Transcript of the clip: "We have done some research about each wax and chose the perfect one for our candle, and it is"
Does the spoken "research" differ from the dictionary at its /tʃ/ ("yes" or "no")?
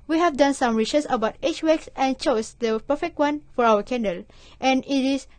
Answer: yes